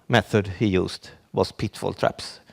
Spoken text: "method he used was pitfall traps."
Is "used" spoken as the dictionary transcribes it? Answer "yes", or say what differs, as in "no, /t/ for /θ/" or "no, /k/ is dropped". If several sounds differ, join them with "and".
no, /s/ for /z/